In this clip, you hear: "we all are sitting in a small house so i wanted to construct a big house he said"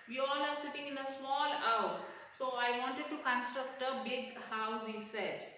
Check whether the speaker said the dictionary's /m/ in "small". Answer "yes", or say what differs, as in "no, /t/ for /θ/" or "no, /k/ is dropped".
yes